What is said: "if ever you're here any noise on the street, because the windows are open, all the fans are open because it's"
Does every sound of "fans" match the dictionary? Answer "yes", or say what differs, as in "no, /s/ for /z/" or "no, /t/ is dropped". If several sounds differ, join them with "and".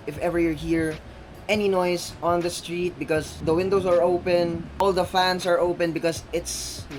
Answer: no, /s/ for /z/